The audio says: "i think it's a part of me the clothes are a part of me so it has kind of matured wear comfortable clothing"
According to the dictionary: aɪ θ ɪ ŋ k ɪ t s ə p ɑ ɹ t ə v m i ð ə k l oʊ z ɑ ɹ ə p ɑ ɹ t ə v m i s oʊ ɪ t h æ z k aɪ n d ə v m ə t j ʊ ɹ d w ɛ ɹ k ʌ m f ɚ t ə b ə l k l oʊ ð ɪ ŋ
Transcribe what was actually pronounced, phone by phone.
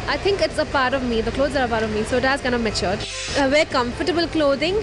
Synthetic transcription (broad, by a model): aɪ t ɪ ŋ k ɪ t s ə p ɑ ɹ t ə v m i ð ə k l oʊ z ɑ ɹ ə p ɑ ɹ t ə v m i s oʊ ɪ t h æ z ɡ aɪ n ə m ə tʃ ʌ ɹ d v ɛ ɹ k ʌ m f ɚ t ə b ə l k l oʊ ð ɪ ŋ